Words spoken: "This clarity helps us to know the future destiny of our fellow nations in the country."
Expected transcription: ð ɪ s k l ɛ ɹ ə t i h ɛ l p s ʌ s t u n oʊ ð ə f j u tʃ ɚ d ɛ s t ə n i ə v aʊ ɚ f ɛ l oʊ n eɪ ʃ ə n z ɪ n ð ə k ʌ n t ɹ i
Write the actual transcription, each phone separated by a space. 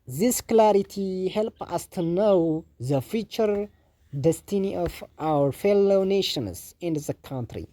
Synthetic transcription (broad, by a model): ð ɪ s k l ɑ ɹ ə t i h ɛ l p ʌ s t u n oʊ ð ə f j u tʃ ɚ d ɛ s t ə n i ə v aʊ ɚ f ɛ l oʊ n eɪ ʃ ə n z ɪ n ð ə k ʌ n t ɹ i